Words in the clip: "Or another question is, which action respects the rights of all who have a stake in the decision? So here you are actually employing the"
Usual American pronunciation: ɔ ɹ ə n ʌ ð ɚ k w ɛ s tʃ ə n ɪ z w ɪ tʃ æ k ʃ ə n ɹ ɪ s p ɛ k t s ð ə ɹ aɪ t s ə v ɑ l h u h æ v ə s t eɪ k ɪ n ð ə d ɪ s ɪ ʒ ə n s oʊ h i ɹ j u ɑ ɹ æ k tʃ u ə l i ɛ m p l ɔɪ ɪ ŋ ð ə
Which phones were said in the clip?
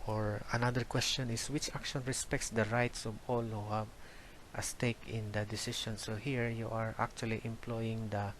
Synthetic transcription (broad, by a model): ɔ ɹ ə n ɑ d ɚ k w ɛ s tʃ ə n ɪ s w ɪ tʃ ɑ k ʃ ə n ɹ ɪ s p ɛ k t s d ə ɹ aɪ t s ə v ɑ l h u h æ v ə s t eɪ k ɪ n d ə d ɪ s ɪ ʃ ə n s oʊ h i ɹ j u ɑ ɹ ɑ k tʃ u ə l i ɛ m p l ɔɪ ɪ ŋ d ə